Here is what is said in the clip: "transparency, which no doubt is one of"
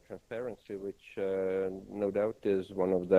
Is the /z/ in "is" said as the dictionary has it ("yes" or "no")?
yes